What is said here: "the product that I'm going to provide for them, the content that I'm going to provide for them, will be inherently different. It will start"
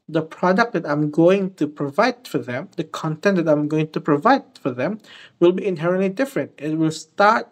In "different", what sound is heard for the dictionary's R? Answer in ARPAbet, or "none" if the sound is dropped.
R